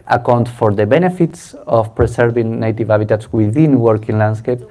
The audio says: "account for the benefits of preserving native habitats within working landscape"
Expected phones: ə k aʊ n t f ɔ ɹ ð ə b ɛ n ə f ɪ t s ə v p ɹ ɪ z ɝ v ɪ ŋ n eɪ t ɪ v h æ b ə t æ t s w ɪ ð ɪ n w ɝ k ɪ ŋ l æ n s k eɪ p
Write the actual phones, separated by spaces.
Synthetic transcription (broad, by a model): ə k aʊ n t f ɔ ɹ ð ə b ɛ n ə f ɪ t s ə f p ɹ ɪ s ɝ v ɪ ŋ n eɪ t ɪ v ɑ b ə t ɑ t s w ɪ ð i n w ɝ k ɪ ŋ l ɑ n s k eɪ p